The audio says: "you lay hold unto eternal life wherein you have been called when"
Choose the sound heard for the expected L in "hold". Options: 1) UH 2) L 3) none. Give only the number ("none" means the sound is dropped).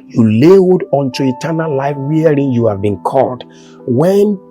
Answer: 3